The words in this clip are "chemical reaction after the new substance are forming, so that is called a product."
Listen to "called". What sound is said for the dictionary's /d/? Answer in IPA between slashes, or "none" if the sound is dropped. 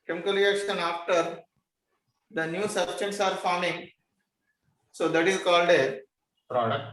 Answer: /d/